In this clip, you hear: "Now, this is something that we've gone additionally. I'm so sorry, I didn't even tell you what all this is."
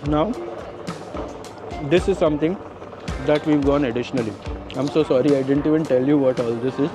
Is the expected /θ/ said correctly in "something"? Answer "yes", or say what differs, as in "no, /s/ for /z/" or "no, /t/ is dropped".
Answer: no, /t/ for /θ/